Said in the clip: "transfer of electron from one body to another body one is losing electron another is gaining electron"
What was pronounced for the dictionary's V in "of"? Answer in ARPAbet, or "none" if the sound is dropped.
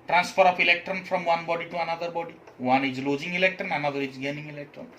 P